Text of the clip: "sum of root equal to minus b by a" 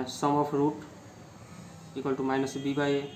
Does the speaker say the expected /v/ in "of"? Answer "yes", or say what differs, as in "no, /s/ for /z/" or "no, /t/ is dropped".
no, /p/ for /v/